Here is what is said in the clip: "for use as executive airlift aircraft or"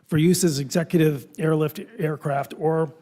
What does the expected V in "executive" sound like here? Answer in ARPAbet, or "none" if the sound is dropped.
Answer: V